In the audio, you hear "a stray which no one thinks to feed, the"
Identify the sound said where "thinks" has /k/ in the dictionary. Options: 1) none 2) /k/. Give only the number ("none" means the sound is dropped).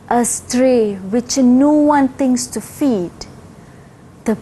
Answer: 1